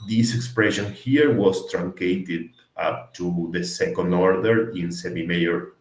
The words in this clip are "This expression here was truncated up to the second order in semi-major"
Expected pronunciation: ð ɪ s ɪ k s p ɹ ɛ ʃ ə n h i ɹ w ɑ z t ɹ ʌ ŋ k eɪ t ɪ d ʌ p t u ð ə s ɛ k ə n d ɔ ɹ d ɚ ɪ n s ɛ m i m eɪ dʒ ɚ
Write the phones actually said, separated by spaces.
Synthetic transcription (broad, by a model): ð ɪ s ɪ k s p ɹ ɛ ʃ ə n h i ɹ w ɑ s t ɹ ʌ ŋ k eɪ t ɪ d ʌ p t u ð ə s ɛ k ə n d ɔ ɹ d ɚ ɪ n s ɛ m i m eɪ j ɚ